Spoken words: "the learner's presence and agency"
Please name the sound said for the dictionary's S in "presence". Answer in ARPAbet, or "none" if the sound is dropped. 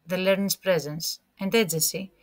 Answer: S